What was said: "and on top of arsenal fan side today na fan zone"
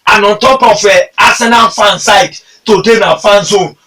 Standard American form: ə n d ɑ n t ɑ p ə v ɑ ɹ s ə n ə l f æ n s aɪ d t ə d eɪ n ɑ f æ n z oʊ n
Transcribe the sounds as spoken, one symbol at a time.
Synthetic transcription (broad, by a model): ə n ɑ n t ɑ p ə f ɑ s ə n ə n f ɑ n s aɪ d t ə d eɪ n ɑ f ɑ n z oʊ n